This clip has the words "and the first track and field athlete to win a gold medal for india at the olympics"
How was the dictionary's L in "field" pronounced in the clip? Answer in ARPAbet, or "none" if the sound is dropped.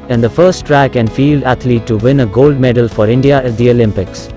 L